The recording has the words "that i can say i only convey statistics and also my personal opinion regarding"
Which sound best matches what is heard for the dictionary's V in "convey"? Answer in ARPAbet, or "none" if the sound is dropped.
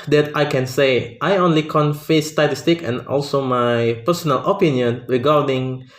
F